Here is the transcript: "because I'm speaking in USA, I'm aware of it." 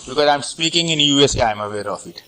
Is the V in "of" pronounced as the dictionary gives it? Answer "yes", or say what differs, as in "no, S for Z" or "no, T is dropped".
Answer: no, F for V